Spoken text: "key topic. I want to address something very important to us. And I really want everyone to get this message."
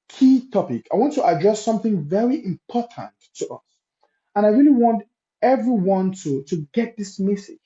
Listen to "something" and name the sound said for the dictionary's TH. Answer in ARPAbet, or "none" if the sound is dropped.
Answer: TH